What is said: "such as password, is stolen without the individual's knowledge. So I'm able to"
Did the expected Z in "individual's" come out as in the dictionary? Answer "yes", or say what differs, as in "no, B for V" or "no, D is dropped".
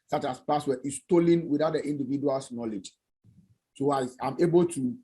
no, S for Z